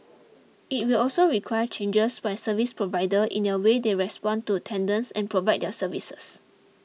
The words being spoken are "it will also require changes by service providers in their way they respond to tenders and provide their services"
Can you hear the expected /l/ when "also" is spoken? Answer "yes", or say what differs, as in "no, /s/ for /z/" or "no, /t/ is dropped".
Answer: yes